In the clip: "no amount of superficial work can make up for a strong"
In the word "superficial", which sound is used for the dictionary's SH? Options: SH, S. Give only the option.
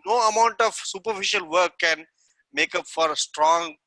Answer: SH